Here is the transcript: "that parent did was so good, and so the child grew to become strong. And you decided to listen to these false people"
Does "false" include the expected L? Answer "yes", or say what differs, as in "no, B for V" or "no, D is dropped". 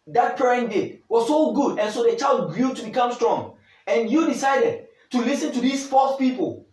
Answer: no, L is dropped